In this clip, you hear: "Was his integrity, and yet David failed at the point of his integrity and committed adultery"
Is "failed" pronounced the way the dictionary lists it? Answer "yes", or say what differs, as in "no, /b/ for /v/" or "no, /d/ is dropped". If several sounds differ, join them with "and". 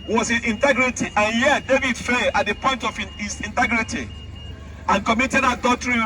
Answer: no, /d/ is dropped